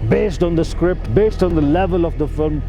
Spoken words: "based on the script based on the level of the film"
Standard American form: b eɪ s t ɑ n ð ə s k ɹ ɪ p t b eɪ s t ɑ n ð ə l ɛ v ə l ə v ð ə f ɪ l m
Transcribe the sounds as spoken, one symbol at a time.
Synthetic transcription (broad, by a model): b eɪ s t ɑ n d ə s k ɹ ɪ p t b eɪ s t ɑ n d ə l ɛ v ə l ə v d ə f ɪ l m